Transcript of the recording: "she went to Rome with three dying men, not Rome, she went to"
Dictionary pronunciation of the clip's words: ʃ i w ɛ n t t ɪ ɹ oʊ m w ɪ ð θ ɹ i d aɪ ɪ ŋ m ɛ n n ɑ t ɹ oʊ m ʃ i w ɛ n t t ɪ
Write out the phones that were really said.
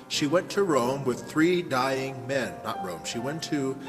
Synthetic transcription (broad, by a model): ʃ i w ɛ n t t ɪ ɹ oʊ m w ɪ ð θ ɹ i d aɪ ɪ ŋ m ɛ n n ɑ t ɹ oʊ m ʃ i w ɛ n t t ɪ